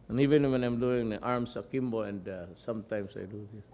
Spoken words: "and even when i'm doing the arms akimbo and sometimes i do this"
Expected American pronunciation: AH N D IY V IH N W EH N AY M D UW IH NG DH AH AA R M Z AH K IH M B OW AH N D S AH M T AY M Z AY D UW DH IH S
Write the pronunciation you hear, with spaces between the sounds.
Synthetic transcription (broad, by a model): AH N IY V IH N W EH N AY M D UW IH NG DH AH AA R M S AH K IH M B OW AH N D S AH M T AY M S AY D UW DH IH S